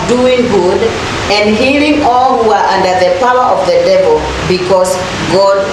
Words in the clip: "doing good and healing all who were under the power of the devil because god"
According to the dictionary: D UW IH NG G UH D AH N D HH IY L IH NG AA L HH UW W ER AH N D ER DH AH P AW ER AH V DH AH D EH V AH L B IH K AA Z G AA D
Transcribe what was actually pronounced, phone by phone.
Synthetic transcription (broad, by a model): D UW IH NG G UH D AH N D HH IY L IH NG AA L HH UW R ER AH N D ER DH AH P AW ER AH V DH AH D EH V AH L B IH K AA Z G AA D